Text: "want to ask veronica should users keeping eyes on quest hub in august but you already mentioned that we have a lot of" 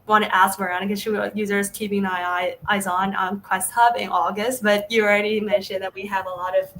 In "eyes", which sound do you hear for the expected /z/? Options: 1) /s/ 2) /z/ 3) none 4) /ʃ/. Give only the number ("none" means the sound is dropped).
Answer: 2